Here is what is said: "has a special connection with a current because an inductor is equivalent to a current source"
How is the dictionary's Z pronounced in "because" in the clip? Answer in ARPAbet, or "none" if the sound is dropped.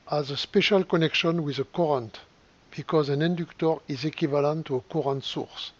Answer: Z